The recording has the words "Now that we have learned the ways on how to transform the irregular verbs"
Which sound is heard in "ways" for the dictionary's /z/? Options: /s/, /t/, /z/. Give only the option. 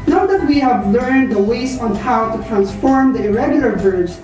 /s/